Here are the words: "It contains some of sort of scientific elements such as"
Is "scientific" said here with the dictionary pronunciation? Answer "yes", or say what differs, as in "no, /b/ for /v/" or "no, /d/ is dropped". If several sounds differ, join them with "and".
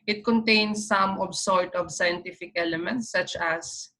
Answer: yes